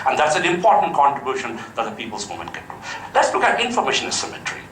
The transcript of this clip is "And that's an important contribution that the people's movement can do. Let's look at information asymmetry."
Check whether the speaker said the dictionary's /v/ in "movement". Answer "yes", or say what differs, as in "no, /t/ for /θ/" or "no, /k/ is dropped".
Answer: no, /v/ is dropped